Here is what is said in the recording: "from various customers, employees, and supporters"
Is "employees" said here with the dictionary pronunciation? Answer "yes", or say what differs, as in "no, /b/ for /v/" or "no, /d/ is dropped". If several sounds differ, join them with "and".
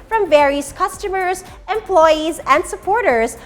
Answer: yes